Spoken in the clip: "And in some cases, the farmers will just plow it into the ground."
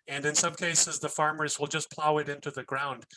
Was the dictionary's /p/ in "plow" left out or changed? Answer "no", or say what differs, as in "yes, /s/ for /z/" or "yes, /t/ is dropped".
no